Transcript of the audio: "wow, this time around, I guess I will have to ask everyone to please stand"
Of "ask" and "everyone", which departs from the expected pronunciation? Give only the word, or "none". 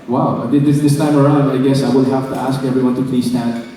none